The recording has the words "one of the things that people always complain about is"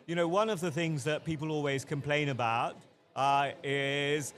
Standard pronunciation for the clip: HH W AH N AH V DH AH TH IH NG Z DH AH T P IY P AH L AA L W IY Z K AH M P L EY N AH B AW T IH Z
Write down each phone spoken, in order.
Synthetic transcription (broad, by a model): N W AH N AH V DH AH TH IH NG Z DH AH T P IY P AH L AA L W IY Z K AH M P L EY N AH B AW T IH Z